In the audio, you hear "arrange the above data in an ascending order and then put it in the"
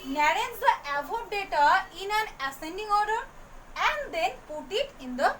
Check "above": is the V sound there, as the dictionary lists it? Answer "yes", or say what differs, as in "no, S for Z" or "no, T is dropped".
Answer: no, P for V